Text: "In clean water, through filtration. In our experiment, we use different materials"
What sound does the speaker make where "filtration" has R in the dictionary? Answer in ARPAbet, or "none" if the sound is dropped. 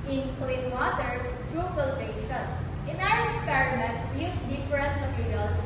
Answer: none